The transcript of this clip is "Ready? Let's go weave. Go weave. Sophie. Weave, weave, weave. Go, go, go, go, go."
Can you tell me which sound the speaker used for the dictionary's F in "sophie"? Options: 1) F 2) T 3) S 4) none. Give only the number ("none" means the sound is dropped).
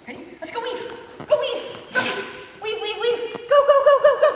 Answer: 4